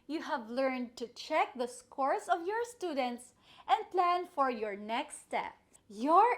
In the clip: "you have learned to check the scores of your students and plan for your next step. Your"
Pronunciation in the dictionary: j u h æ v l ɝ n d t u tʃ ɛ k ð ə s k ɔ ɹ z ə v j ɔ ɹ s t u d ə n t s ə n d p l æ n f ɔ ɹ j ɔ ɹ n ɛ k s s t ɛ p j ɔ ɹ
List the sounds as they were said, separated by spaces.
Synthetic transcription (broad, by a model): j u h æ v l ɝ n d t u tʃ ɛ k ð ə s k ɔ ɹ s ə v j ɔ ɹ s t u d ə n t s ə n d p l æ n f ɔ ɹ j ɔ ɹ n ɛ k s s t ɛ p j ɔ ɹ